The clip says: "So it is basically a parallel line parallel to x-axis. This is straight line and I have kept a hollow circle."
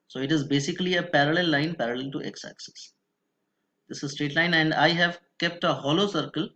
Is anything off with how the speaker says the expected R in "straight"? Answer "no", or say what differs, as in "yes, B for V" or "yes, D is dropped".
no